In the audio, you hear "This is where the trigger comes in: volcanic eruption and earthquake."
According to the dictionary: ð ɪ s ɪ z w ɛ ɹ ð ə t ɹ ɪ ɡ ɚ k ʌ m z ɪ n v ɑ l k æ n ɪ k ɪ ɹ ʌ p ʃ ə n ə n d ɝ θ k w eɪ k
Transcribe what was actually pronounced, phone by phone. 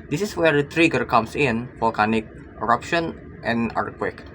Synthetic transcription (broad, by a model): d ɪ s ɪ s w ɛ ɹ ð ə t ɹ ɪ ɡ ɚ k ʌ m s ɪ n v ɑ l k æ n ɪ k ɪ ɹ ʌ p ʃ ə n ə n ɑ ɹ k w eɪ k